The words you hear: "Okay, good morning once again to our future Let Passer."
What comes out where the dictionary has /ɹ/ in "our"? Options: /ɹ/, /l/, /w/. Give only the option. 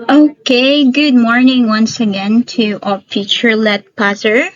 /l/